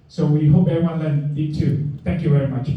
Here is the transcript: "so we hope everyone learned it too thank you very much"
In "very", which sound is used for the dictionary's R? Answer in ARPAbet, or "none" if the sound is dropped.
R